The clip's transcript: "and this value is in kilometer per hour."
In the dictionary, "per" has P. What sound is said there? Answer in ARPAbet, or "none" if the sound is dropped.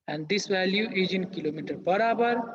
B